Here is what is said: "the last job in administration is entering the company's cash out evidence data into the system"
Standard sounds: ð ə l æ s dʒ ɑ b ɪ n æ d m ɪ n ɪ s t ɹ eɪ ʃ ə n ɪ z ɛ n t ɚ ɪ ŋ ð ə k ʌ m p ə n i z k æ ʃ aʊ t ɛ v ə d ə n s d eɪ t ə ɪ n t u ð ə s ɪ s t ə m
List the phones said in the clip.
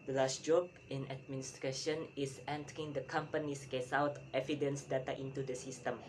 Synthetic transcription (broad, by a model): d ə l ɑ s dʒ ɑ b ɪ n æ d m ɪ n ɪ s t ɹ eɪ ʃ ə n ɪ s ɛ n t ɚ ɪ ŋ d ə k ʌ m p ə n i s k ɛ s aʊ t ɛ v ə d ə n s d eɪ t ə ɪ n t u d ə s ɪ s t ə m